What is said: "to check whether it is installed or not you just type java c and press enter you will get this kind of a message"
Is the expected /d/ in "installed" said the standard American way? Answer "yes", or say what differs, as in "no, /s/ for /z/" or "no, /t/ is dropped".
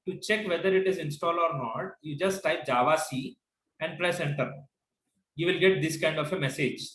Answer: no, /d/ is dropped